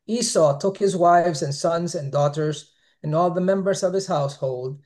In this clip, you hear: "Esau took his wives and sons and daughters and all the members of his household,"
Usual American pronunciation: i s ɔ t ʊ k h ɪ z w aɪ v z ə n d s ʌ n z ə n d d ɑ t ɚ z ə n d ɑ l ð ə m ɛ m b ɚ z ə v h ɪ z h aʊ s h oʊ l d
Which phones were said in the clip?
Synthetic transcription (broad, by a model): i s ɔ t ʊ k h ɪ z w aɪ v z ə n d s ʌ n z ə n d d ɑ t ɚ z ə n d ɑ l ð ə m ɛ m b ɚ z ə v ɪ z h aʊ s h oʊ l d